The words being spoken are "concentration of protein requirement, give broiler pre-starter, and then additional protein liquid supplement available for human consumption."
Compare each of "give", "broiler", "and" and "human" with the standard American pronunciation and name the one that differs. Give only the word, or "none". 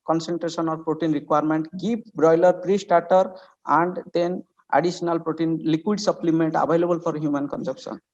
give